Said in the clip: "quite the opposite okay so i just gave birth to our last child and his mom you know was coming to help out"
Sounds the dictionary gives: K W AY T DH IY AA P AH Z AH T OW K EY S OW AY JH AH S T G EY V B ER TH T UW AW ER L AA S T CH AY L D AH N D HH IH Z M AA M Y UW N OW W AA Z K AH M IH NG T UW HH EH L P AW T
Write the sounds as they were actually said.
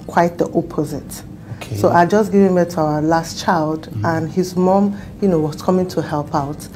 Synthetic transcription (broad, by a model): K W AY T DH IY AA P AH Z AH T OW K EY S OW AY JH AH S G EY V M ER T UW AW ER L AA S T CH AY L D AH N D HH IH Z M AA M Y UW N OW W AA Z K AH M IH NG T UW HH EH L P AW T